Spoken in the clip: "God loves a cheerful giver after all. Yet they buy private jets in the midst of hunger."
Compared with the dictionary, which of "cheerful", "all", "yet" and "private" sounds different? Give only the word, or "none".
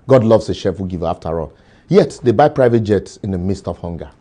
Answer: cheerful